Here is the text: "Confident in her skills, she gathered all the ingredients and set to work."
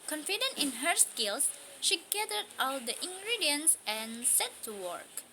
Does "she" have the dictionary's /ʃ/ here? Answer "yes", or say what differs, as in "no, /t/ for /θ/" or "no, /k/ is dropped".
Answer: yes